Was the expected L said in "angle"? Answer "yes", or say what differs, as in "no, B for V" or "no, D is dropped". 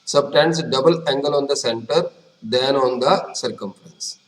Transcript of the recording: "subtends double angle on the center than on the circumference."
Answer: yes